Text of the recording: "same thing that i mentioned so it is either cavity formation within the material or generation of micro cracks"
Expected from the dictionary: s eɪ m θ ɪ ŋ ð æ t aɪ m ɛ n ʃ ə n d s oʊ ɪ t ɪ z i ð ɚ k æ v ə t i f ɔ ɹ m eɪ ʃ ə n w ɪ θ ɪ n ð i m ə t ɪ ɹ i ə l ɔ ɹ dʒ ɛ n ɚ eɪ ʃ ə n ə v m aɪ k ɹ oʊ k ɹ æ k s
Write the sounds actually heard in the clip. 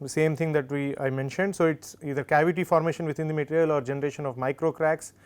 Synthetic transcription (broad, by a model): s eɪ m t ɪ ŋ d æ t aɪ m ɛ n ʃ ə n d s oʊ ɪ t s i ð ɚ k æ v ə t i f ɔ ɹ m eɪ ʃ ə n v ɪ t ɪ n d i m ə t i ɹ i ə l ɔ ɹ dʒ ɛ n ɚ eɪ ʃ ə n ə v m aɪ k ɹ oʊ k ɹ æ k s